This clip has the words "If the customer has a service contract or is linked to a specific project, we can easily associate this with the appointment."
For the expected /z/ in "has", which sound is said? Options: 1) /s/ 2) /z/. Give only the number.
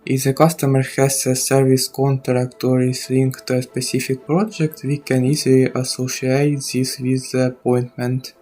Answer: 1